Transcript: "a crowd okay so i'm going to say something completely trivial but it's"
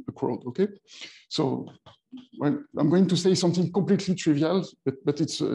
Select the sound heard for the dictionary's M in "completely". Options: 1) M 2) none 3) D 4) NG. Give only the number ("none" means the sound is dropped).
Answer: 1